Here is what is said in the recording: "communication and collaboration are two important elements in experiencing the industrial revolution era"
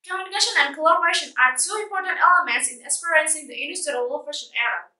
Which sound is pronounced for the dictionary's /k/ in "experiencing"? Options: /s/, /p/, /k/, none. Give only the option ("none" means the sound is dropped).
none